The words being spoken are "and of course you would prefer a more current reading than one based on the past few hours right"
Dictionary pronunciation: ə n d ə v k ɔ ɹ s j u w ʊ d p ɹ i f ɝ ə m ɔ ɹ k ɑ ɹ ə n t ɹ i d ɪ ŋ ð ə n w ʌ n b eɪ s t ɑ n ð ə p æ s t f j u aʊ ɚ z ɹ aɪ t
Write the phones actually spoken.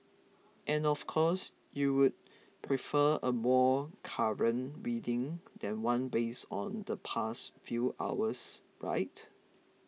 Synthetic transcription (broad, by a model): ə n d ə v k ɔ s j u w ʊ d p ɹ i f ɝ ə m ɔ k ɑ ɹ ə n ɹ i d ɪ ŋ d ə n w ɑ n b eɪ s ɑ n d ə p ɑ s t f j u aʊ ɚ s ɹ aɪ t